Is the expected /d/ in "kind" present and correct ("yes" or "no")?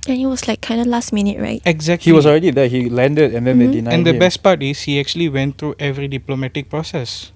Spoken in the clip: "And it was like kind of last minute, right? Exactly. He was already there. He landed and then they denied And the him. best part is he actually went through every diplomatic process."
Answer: yes